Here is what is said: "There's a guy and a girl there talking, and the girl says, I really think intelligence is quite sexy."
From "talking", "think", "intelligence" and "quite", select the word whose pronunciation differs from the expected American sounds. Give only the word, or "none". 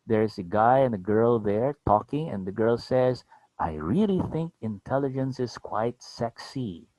none